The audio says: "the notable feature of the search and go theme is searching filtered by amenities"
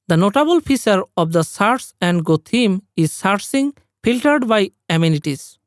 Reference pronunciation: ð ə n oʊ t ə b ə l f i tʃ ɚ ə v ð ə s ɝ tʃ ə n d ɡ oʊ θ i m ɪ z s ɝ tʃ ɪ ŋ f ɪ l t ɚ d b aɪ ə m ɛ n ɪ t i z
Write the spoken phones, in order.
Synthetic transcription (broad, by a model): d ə n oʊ t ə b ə l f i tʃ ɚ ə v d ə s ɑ s ə n d ɡ oʊ t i m ɪ z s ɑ s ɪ ŋ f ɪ l t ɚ d b aɪ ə m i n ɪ t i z